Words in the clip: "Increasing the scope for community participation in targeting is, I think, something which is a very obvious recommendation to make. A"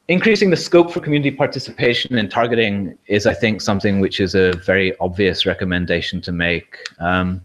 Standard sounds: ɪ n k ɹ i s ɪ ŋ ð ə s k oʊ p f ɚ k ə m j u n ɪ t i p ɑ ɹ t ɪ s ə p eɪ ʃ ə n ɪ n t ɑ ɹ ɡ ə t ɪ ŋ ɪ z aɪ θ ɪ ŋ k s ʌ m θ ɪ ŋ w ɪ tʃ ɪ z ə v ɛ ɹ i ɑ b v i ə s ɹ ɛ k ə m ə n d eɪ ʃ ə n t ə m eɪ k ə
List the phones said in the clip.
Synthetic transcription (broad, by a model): ɪ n k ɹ i s ɪ ŋ ð ə s k oʊ p f ɚ k ə m j u n ɪ t i p ɑ ɹ t ɪ s ə p eɪ ʃ ə n ɪ n t ɑ ɹ ɡ ə t ɪ ŋ ɪ z aɪ θ ɪ ŋ k s ʌ m θ ɪ ŋ w ɪ tʃ ɪ z ə v ɛ ɹ i ɑ b v i ə s ɹ ɛ k ə m ə n d eɪ ʃ ə n t ə m eɪ k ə